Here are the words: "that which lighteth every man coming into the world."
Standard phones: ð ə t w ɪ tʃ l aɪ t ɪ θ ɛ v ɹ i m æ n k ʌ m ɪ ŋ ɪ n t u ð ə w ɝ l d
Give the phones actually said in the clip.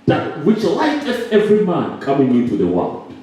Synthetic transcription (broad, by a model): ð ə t w ɪ tʃ l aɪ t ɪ s ɛ v ɹ i m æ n k ʌ m ɪ ŋ ɪ n t u ð ə w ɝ l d